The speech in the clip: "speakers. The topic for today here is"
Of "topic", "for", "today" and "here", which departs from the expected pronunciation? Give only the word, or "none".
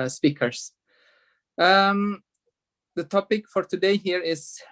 none